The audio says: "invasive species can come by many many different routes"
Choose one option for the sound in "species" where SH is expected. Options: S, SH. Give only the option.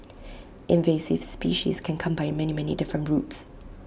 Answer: SH